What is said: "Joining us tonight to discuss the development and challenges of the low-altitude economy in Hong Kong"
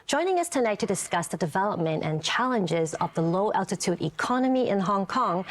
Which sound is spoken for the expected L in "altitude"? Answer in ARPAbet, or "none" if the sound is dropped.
L